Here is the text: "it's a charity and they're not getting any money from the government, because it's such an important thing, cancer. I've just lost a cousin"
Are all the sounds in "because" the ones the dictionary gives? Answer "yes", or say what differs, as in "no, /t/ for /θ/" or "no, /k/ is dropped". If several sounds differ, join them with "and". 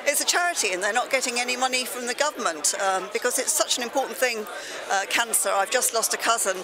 yes